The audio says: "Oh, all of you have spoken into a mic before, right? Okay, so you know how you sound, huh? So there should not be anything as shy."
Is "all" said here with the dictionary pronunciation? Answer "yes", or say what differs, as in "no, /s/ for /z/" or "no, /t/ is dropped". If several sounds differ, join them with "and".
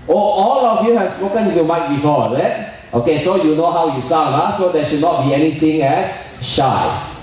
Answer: yes